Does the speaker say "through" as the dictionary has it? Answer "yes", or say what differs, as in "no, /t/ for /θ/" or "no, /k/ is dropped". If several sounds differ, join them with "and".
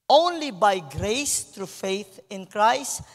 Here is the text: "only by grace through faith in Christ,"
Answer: no, /t/ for /θ/